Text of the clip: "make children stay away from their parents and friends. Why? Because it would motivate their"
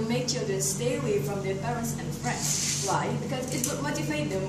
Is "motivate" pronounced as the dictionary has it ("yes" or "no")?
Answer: no